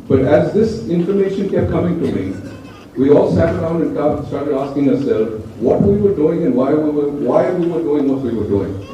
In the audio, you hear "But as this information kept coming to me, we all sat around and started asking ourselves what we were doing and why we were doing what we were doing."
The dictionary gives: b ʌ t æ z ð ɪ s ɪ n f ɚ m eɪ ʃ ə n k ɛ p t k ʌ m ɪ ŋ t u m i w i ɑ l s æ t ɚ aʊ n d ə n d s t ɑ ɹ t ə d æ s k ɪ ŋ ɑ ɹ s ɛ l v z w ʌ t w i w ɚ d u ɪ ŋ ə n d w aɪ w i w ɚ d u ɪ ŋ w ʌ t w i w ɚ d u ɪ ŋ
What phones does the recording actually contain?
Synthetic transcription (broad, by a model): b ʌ t æ z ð ɪ s ɪ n f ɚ m eɪ ʃ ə n k ɛ p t k ʌ m ɪ ŋ t u m i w i ɑ l s æ t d aʊ n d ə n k s t ɑ ɹ t ə d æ s k ɪ ŋ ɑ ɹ s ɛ l z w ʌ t w i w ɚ d u ɪ ŋ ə n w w aɪ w i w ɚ d u ɪ ŋ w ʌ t w i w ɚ d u ɪ ŋ